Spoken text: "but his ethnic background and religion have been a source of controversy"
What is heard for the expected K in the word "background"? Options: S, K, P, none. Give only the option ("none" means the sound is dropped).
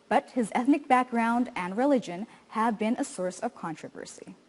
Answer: K